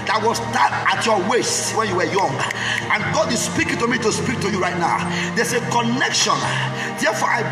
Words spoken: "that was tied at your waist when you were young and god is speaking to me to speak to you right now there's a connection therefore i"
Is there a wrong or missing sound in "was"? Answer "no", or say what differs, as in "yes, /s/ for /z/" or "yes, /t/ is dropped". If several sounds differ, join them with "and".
yes, /s/ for /z/